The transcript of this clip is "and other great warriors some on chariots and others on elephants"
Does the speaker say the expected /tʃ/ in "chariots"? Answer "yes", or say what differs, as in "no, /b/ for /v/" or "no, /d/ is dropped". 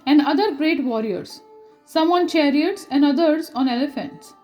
yes